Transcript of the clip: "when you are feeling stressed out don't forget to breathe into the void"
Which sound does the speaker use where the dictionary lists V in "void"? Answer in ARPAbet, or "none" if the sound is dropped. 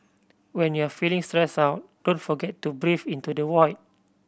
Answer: W